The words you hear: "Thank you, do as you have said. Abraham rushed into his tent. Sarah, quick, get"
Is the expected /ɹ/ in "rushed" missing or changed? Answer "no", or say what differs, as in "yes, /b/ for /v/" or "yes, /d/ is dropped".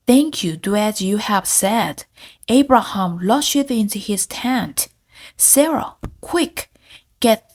yes, /l/ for /ɹ/